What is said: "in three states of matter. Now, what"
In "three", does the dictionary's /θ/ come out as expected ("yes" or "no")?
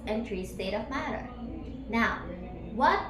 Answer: no